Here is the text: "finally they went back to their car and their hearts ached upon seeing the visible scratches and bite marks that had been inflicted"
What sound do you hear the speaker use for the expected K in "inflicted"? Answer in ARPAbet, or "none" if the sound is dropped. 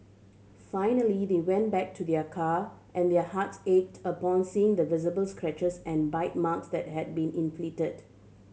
none